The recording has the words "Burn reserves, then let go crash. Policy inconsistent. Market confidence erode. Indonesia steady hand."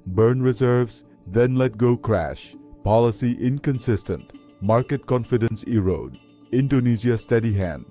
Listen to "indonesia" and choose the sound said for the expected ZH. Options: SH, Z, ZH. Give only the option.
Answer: Z